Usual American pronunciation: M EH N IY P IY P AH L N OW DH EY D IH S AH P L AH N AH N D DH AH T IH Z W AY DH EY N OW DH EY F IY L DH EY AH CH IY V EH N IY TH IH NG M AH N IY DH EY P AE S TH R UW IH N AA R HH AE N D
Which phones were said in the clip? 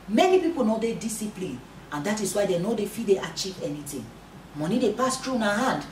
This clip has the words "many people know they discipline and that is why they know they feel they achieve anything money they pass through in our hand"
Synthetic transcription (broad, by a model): M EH N IY P IY P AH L N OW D EY D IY S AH P L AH N AH N D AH T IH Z W AY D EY N OW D EY F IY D EY AH CH IY V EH N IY T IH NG M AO N IY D EY P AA S T R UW N AA HH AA N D